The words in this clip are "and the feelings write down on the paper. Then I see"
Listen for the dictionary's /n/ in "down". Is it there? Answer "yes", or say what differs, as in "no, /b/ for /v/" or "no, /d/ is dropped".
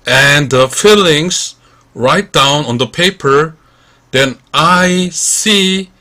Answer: yes